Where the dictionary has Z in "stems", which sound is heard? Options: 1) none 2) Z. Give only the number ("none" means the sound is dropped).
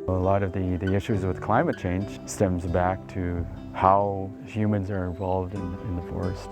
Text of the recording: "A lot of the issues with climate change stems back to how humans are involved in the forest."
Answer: 2